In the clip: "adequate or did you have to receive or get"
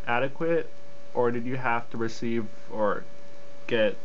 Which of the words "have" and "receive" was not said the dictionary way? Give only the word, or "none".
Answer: have